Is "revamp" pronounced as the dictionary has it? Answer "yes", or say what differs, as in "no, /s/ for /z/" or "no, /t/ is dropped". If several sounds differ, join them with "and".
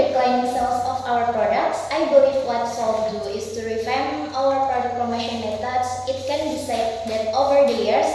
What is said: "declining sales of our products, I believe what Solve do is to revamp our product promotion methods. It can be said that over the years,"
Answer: no, /f/ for /v/